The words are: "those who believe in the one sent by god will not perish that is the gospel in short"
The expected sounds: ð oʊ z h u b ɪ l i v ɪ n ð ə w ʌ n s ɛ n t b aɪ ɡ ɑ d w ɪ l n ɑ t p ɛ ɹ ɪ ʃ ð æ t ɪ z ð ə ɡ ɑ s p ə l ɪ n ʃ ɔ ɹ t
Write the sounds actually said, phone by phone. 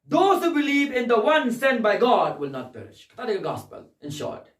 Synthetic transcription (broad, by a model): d oʊ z h u b ɪ l i v ɪ n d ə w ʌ n s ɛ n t b aɪ ɡ ɑ d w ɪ l n ɑ t p ɛ ɹ ɪ ʃ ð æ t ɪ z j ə ɡ ɑ s p ə l ɪ n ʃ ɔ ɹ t